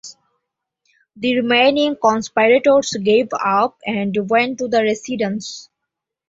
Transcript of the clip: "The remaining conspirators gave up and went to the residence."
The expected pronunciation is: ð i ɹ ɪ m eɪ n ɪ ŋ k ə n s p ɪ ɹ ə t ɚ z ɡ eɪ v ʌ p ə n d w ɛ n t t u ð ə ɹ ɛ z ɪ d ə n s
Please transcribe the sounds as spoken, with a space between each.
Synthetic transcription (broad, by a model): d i ɹ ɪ m eɪ n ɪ ŋ k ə n s p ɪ ɹ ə t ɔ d ɡ eɪ v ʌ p ə n d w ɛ n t t u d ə ɹ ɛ s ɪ d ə n s